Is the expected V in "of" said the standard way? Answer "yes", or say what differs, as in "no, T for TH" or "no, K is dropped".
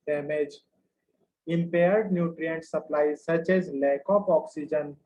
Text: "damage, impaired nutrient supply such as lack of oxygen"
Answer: no, P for V